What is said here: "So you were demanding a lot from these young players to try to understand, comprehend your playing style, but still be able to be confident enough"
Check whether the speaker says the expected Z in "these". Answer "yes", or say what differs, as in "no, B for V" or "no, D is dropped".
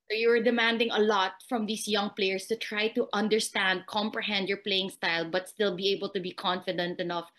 no, S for Z